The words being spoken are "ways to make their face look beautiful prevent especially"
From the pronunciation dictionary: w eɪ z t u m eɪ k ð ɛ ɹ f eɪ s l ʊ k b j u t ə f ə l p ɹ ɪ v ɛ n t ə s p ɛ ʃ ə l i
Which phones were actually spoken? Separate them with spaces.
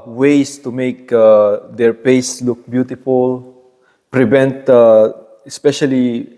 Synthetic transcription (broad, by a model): w eɪ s t u m eɪ k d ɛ ɹ p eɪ s l ʊ k b j u t ə f ə l p ɹ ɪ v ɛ n t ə s p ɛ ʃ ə l i